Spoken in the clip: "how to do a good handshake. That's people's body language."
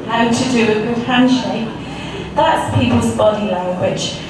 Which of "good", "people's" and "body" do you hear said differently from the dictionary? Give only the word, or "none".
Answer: none